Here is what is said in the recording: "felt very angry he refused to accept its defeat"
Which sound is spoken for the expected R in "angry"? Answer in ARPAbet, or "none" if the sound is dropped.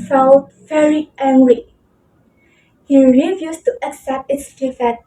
L